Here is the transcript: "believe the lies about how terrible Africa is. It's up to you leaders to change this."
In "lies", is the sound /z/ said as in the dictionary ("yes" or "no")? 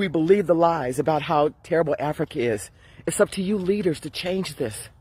yes